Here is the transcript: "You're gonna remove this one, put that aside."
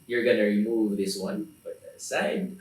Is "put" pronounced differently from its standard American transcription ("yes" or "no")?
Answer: yes